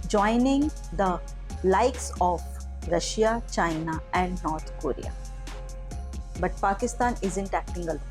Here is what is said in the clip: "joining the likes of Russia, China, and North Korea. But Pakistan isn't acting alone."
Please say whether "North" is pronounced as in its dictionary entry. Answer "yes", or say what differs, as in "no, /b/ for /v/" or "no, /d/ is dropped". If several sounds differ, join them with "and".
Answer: no, /t/ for /θ/